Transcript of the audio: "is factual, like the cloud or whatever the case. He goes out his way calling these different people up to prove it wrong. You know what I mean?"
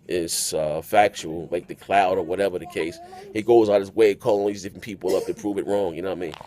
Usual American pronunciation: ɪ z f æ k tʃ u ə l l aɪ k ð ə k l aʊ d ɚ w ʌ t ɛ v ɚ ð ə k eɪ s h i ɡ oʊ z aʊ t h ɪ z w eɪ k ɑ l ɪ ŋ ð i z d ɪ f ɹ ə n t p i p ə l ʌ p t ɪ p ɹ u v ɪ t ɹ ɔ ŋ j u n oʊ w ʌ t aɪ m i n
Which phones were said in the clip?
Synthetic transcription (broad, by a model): ɪ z f æ k tʃ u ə l l aɪ k ð ə k l aʊ d ɚ w ʌ t ɛ v ɚ ð ə k eɪ s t ɡ oʊ z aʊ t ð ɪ s w eɪ k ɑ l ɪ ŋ ð i z d ɪ f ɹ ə n p i p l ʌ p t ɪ p ɹ u v ɪ t ɹ ɔ ŋ j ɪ n oʊ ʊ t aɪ m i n